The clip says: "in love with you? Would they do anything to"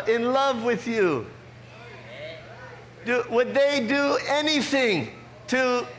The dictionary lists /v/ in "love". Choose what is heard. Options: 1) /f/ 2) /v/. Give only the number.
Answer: 2